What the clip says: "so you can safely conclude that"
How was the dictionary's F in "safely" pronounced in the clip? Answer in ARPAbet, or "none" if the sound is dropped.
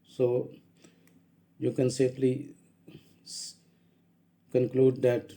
P